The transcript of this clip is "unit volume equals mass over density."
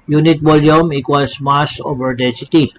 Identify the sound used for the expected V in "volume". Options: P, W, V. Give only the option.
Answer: W